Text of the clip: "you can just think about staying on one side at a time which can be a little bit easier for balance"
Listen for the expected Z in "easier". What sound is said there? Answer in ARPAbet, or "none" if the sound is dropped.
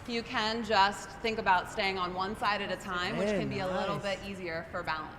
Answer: Z